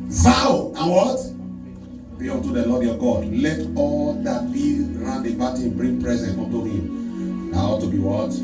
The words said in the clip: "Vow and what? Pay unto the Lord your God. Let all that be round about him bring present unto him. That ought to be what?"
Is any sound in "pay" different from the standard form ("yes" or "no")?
yes